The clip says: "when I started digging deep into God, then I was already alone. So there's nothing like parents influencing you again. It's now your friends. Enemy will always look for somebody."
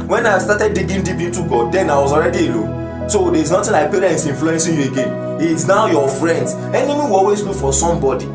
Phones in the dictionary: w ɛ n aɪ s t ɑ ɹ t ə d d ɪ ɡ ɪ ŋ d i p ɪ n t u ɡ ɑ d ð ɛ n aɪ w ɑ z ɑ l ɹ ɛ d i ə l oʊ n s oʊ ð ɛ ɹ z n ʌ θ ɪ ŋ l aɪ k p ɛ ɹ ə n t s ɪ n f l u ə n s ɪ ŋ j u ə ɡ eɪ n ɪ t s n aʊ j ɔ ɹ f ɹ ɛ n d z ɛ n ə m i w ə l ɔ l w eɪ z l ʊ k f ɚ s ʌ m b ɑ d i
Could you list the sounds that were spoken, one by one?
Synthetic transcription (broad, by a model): w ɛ n aɪ s t ɑ t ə d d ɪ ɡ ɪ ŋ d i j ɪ t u ɡ ɑ d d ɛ n aɪ w ɑ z ɑ l ɹ ɛ d i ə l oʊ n s oʊ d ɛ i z n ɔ t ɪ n l aɪ k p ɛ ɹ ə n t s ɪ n f l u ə n s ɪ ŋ j u ə ɡ eɪ n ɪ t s n aʊ j ɔ f ɹ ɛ n d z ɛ n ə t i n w ɔ l w eɪ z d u f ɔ s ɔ m b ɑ d i